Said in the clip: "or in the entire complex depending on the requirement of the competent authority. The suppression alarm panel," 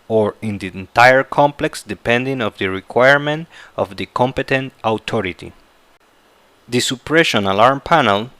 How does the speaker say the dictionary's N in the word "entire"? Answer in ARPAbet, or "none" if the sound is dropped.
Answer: N